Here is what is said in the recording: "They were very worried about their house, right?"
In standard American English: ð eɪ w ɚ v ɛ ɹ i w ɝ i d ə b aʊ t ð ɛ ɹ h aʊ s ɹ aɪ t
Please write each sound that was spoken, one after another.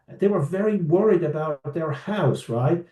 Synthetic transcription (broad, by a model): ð eɪ w ɚ v ɛ ɹ i w ɝ i d ə b aʊ t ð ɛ ɹ h aʊ s ɹ aɪ t